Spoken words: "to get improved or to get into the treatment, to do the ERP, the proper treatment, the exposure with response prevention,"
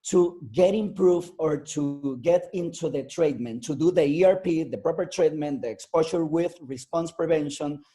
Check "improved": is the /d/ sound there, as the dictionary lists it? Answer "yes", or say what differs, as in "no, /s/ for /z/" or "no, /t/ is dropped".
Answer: no, /d/ is dropped